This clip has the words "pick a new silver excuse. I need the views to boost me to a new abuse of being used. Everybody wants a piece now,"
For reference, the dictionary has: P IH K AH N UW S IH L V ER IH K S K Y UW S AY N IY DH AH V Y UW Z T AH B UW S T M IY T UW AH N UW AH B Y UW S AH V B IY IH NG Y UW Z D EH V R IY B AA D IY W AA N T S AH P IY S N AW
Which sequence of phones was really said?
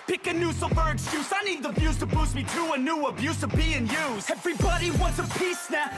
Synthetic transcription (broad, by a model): P IH K AH N UW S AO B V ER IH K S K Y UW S AY N IY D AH B Y UW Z T AH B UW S M IY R UW AH N UW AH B Y UW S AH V B IY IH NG Y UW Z EH V R IY B AA D IY W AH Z AH P IY S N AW